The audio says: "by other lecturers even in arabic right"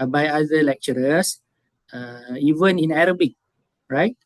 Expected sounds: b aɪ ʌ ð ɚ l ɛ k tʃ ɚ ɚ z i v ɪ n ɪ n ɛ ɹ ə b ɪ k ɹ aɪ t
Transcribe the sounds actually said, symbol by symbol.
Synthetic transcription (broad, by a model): b aɪ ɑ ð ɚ l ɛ k tʃ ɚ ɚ s i v ɪ n ɪ n ɛ ɹ ə b ɪ k ɹ aɪ t